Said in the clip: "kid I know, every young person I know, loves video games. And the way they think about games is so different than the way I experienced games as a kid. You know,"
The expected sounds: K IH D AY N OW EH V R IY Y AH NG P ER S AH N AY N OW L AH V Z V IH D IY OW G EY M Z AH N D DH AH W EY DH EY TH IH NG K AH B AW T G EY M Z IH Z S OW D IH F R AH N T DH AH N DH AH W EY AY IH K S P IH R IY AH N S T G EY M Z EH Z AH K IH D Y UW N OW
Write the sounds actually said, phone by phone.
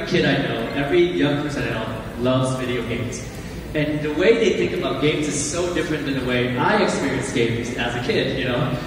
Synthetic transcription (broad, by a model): K IH D AY N OW EH V R IY Y AH NG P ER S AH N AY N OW L AH V Z V IH D IY OW G EY M Z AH N DH AH W EY DH EY TH IH NG K AH B AW T G EY M Z IH Z S OW D IH F R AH N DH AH N DH AH W EY AY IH K S P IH R IY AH N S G EY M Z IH Z AH K IH D Y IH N OW